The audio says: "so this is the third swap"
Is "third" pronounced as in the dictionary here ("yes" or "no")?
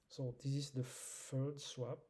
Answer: no